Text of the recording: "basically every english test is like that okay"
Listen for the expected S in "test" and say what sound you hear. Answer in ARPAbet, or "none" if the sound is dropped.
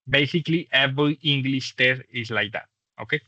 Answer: none